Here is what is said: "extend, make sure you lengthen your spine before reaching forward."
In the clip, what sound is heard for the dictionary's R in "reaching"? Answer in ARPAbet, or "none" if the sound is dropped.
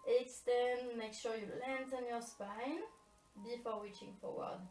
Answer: W